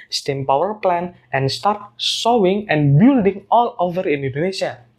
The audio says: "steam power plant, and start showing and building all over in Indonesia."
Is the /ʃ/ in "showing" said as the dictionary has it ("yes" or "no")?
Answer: no